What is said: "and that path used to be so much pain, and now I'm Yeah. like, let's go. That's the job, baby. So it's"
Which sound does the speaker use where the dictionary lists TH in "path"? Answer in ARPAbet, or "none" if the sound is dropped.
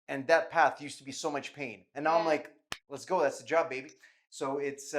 TH